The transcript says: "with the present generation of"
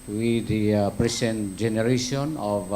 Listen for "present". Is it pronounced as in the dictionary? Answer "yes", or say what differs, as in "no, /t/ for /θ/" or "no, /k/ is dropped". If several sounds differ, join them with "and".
no, /s/ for /z/